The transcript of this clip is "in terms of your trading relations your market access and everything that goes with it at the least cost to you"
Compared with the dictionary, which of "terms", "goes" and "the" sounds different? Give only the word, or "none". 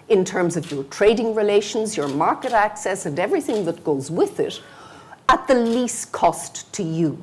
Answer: none